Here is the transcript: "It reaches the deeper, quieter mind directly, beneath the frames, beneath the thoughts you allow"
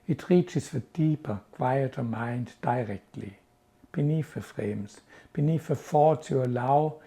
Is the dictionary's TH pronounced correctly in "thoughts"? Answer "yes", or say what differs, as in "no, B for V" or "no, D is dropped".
no, F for TH